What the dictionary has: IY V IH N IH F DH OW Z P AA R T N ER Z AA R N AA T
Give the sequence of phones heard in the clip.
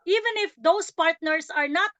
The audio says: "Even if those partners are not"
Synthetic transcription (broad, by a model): IY V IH N IH F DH OW S P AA R T N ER S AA R N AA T